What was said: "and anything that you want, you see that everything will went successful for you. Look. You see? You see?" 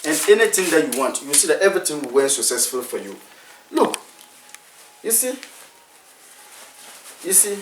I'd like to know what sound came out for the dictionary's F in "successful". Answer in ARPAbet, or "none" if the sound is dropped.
F